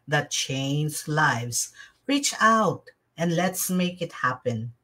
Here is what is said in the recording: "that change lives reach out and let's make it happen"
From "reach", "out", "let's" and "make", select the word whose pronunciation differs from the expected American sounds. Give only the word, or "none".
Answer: none